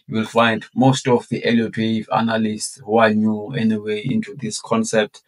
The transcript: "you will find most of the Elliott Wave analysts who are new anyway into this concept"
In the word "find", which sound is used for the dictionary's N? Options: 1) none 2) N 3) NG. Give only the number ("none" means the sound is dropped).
2